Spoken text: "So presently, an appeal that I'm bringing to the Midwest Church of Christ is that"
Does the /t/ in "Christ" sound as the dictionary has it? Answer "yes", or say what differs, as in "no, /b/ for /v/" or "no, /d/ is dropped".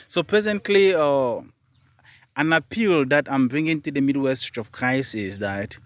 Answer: no, /t/ is dropped